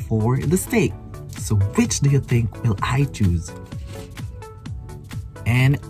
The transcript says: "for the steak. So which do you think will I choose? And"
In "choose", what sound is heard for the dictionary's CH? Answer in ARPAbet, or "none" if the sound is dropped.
CH